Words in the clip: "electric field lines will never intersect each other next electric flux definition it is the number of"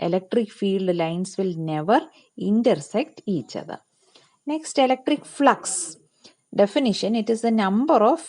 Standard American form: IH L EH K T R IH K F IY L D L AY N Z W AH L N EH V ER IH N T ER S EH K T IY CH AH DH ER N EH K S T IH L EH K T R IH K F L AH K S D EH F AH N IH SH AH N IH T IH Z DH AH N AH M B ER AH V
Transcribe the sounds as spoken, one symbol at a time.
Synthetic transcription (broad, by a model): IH L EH K T R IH K F IY L D L AY N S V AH L N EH V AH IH N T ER S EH K T IY CH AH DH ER N EH K S T IH L EH K T R IH K F L AH K S D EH F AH N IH SH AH N IH T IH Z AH N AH M B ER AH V